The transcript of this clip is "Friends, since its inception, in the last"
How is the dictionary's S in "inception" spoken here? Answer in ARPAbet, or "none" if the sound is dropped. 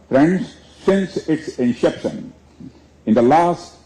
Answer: SH